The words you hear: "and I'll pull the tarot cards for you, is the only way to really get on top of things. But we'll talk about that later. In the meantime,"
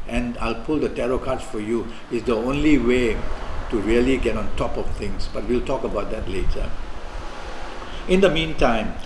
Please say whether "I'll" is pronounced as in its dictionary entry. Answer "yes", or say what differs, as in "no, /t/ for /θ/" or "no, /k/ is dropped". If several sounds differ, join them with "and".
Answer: yes